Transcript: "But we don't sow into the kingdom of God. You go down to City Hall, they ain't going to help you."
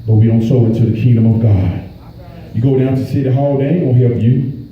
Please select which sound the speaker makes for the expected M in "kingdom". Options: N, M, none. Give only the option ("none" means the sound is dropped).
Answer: M